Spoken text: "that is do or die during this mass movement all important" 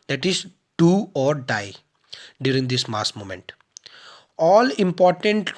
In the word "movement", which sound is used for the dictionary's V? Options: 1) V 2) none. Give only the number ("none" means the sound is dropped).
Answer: 2